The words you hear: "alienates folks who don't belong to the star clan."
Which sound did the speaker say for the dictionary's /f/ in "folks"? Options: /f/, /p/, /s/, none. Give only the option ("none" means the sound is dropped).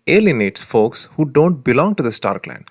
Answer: /f/